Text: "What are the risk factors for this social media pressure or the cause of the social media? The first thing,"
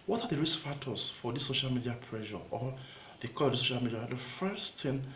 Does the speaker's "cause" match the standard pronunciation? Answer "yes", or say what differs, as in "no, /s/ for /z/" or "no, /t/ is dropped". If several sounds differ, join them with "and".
no, /z/ is dropped